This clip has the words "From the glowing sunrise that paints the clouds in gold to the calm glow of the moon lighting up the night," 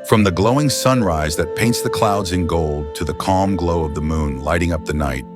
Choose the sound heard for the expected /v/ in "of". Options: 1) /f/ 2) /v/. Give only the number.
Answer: 2